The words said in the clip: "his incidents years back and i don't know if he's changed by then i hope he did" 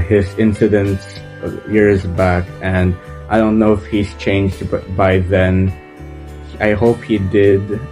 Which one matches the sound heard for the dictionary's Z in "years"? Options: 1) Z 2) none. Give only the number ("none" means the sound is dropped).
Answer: 1